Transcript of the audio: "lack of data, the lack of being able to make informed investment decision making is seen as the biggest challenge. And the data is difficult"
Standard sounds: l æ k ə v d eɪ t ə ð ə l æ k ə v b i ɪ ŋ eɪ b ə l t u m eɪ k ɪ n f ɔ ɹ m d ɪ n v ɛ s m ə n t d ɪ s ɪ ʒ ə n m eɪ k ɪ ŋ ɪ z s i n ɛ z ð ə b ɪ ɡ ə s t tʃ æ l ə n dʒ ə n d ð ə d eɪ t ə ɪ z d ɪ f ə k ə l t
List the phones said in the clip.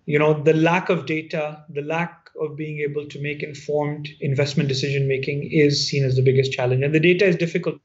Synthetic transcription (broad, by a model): l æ k ə v d eɪ t ə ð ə l æ k ə v b i ɪ ŋ eɪ b ə l t u m eɪ k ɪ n f ɔ ɹ m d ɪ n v ɛ s m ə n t d ɪ s ɪ ʒ ə n m eɪ k ɪ ŋ ɪ z s i n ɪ z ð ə b ɪ ɡ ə s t tʃ æ l ə n dʒ ə n d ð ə d eɪ t ə ɪ z d ɪ f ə k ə l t